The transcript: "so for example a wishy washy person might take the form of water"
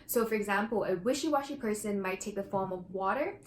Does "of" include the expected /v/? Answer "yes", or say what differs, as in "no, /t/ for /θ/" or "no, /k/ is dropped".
yes